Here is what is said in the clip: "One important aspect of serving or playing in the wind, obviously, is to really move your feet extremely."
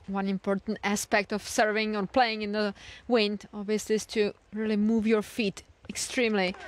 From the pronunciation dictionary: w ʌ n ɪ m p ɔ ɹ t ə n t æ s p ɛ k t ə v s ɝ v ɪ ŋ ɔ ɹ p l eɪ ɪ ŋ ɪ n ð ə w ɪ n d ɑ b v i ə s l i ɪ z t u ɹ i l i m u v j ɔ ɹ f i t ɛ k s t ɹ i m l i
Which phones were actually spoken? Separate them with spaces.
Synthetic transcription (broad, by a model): w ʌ n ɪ m p ɔ ɹ t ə n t æ s p ɛ k t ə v s ɝ v ɪ ŋ ɔ ɹ p l eɪ ɪ ŋ ɪ n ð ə w ɪ n d ɑ b v i ə s l i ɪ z t u ɹ i l i m u v j ɔ ɹ f i t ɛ k s t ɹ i m l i